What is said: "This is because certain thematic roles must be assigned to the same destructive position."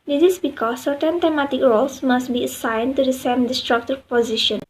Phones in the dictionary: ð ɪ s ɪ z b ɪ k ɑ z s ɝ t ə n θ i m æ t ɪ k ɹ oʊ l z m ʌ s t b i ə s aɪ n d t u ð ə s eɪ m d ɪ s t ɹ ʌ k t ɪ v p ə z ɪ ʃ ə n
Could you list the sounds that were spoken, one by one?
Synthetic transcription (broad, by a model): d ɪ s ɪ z b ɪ k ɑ s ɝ t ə n t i m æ t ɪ k ɹ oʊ l s m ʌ s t b i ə s aɪ n t u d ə s eɪ m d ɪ s t ɹ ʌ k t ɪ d p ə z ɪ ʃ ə n